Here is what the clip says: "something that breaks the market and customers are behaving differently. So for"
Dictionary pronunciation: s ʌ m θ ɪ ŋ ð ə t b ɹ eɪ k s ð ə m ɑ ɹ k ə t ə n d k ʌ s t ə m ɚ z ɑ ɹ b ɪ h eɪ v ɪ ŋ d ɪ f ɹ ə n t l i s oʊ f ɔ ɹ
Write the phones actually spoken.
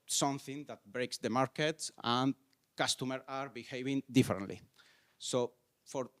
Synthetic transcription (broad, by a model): s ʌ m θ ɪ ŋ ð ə t b ɹ eɪ k s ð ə m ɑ ɹ k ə t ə n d k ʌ s t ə m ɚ ɑ ɹ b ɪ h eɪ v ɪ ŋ d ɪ f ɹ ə n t l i s oʊ f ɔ ɹ